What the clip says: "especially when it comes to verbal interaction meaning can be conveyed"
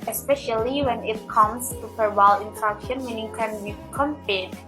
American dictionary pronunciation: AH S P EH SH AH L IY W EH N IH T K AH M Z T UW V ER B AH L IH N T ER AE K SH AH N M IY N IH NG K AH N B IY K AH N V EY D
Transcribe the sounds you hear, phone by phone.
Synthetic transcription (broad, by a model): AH S P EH SH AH L IY W EH N IH T K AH M S T UW P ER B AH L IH N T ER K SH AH N M IY N IH NG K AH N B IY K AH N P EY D